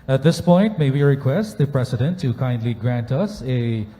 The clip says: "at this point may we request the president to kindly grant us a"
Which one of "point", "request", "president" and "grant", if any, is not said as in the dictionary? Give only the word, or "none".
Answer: president